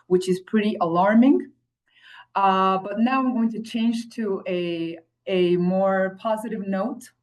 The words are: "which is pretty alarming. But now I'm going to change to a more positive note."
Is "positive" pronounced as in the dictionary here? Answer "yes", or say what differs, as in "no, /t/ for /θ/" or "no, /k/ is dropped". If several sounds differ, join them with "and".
yes